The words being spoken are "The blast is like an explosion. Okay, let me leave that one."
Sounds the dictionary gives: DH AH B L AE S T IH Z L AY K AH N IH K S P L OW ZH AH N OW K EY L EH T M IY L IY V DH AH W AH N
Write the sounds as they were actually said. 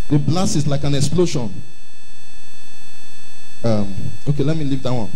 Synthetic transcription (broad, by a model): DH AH B L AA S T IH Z L AY K AH N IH K S P L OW SH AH N OW K EY L EH T M IY L IY V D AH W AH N